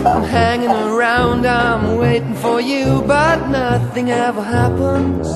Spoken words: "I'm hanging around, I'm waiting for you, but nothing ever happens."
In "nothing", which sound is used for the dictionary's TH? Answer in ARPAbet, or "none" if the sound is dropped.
TH